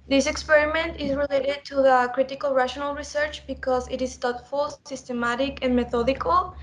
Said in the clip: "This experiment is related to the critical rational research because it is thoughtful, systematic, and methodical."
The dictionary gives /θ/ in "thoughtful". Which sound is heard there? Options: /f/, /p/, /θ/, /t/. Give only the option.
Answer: /t/